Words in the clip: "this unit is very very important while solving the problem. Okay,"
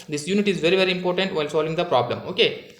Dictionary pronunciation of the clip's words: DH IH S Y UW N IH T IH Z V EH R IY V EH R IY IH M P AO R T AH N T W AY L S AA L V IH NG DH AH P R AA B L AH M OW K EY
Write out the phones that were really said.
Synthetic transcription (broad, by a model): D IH S Y UW N IH T IH Z V EH R IY V EH R IY IH M P AO R T AH N T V AY L S AA L V IH NG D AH P R AA B L AH M OW K EY